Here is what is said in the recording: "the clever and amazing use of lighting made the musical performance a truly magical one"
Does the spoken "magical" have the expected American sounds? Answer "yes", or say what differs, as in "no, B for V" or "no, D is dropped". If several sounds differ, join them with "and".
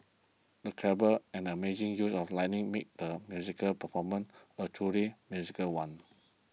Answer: no, Z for JH